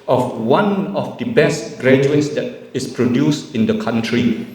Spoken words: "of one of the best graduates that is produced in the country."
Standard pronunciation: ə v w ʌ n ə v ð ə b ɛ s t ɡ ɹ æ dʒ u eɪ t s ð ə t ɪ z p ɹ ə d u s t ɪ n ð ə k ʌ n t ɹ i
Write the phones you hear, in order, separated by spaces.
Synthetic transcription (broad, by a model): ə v w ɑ n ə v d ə b ɛ s t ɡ ɹ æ dʒ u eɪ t s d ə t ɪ s p ɹ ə d u s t ɪ n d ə k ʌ n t ɹ i